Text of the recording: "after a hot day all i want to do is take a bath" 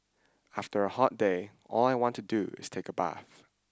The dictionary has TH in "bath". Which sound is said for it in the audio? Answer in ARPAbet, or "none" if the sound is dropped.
TH